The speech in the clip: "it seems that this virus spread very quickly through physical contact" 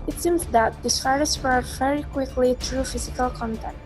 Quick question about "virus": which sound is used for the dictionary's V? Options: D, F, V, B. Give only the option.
F